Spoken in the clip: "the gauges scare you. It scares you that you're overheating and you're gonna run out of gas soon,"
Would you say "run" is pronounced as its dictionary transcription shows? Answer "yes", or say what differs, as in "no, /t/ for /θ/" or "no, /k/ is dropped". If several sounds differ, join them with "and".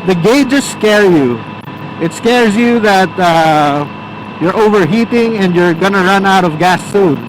yes